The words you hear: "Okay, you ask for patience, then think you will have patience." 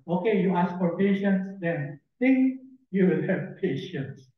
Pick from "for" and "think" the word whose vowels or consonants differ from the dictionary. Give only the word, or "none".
think